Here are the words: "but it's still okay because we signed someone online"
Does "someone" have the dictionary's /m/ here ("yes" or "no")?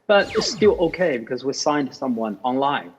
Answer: yes